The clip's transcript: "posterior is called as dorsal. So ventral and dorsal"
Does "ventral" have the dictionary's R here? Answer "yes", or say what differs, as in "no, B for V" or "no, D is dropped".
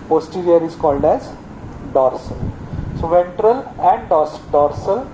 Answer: yes